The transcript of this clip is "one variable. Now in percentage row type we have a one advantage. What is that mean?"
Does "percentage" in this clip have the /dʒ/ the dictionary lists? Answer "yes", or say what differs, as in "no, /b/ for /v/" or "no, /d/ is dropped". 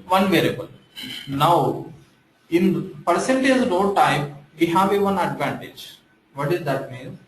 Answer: no, /z/ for /dʒ/